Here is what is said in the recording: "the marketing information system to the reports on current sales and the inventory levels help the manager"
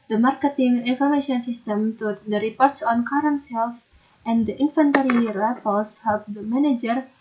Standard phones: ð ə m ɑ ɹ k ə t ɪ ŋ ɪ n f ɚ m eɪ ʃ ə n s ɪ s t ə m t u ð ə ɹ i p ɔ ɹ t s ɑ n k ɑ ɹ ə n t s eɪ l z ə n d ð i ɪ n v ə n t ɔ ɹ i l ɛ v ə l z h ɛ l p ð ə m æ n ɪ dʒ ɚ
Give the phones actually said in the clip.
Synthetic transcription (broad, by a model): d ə m ɑ ɹ k ə t ɪ ŋ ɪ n f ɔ m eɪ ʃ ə n s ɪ s t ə m t u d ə ɹ i p ɔ ɹ t s ɑ n k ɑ ɹ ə n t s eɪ l s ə n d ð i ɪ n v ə n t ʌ ɹ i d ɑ p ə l s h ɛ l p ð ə m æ n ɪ dʒ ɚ